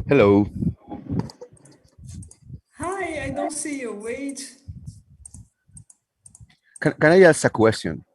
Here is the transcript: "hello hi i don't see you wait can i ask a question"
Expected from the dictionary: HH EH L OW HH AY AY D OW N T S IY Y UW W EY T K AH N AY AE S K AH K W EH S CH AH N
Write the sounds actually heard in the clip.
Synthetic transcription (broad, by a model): HH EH L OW HH AY AY D OW N T S IY Y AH W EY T K AH N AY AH S AH K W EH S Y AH N